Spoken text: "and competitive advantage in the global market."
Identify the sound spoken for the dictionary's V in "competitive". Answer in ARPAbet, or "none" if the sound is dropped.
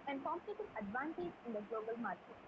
none